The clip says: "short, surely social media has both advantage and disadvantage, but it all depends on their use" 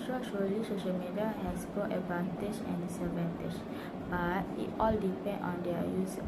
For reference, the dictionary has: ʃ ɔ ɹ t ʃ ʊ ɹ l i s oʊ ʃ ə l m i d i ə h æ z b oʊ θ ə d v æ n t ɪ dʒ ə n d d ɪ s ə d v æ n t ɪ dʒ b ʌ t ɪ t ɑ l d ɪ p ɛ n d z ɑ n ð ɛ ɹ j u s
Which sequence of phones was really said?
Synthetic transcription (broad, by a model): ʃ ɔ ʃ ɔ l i s oʊ ʃ ə l m i d i ə h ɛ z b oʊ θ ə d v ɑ n t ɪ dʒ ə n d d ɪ s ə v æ n t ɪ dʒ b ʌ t ɪ t ɑ l d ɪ p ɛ n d ɑ n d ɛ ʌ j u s